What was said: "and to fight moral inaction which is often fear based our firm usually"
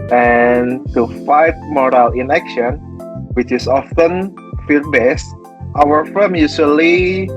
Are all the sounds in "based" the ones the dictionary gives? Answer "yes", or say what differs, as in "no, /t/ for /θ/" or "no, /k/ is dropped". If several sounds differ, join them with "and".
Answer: yes